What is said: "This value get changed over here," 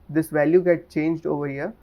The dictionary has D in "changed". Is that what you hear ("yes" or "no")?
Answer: yes